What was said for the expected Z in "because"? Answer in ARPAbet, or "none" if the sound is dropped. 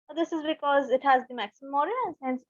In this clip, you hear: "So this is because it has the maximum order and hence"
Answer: Z